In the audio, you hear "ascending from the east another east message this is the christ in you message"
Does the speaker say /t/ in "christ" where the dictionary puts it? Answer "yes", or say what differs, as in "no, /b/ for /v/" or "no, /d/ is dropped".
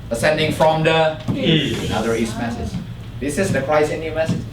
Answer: no, /t/ is dropped